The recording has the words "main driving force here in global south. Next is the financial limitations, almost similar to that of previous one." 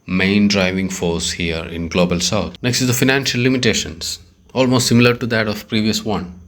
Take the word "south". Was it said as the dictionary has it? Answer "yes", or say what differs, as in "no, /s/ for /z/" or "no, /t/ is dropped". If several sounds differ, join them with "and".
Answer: no, /t/ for /θ/